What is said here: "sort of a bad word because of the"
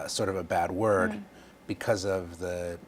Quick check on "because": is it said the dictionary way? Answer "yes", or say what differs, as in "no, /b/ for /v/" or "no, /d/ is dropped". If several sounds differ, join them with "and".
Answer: yes